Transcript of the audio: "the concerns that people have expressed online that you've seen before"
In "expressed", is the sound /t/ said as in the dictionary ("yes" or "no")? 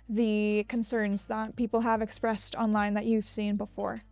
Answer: yes